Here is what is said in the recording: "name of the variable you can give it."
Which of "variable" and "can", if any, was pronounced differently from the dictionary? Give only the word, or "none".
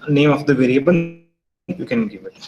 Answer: variable